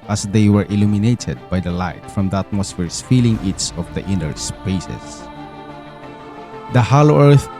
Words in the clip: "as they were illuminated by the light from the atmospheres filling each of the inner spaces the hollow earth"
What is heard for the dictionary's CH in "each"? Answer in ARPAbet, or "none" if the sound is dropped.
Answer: S